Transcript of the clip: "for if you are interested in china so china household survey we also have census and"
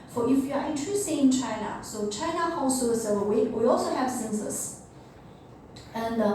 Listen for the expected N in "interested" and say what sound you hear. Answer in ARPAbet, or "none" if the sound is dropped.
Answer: none